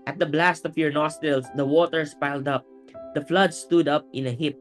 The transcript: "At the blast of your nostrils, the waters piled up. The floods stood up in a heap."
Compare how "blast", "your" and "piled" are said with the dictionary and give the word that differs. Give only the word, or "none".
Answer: none